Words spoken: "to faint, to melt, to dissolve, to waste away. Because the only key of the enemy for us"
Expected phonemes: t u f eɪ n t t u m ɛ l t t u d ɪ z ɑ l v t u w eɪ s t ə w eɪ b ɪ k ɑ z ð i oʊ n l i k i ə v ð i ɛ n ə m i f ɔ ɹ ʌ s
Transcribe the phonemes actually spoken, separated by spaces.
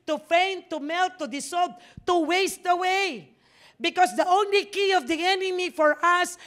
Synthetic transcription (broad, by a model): t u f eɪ n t t u m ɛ l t t u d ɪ s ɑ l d t u w eɪ s t ə w eɪ b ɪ k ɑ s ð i oʊ n l i k i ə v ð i ɛ n ə m i f ɔ ɹ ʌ s